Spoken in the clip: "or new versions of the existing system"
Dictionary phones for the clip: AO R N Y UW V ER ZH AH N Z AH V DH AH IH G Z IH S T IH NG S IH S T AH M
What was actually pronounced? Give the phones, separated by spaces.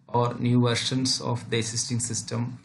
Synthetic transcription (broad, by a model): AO R N Y UW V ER SH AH N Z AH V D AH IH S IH S T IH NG S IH S T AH M